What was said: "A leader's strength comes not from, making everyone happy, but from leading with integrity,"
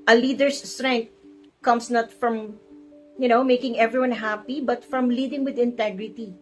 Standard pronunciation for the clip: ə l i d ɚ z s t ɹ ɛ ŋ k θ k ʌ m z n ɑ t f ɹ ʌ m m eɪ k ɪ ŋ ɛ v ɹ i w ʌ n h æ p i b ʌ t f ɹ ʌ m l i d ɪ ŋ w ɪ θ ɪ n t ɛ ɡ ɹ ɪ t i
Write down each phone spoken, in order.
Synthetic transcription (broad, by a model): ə l i d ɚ s t ɹ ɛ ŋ k t k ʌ m s n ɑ t f ɹ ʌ m m eɪ k ɪ ŋ ɛ v ɹ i w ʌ n h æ p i b ʌ t f ɹ ʌ m l i d ɪ ŋ w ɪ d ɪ n t ɛ ɡ ɹ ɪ t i